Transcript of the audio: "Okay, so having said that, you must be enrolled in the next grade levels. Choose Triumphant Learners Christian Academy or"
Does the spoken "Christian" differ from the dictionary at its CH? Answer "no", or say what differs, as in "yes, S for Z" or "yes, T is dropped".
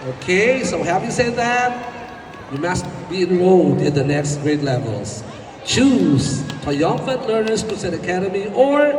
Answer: yes, CH is dropped